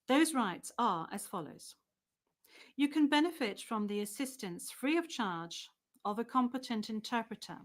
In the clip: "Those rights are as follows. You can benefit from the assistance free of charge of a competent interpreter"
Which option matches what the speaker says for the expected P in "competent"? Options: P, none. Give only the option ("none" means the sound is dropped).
P